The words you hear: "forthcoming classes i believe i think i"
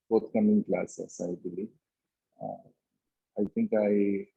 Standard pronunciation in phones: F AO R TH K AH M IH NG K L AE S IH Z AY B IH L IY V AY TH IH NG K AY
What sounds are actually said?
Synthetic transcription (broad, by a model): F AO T K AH M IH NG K L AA S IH S AY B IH L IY AY T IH NG K AY